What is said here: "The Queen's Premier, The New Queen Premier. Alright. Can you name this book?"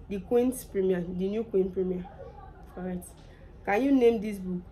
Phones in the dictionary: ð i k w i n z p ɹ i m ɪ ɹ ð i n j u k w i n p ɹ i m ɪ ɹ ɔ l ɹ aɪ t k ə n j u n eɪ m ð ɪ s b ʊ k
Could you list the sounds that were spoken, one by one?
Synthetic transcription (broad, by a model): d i k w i n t p ɹ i m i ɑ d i n j u k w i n p ɹ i m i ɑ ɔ ɹ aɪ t k ə n j u n eɪ m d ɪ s b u k